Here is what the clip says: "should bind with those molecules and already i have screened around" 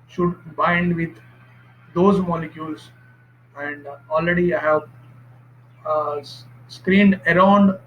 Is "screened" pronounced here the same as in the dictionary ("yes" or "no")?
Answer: yes